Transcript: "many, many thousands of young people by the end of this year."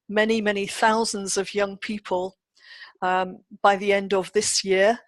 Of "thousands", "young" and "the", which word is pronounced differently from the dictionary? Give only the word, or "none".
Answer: none